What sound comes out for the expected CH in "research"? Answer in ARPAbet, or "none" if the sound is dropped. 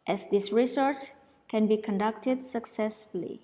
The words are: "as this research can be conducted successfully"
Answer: S